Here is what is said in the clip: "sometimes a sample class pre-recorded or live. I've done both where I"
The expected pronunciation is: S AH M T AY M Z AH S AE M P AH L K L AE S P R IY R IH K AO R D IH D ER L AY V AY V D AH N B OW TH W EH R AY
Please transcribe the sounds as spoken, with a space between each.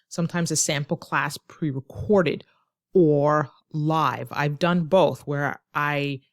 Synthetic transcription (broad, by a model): S AH M T AY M Z AH S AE M P L K L AE S P R IY R IH K AO R D IH D ER L AY V AY V D AH N B OW TH W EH R AY